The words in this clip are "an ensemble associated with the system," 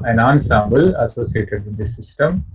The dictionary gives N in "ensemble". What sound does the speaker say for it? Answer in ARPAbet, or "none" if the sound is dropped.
N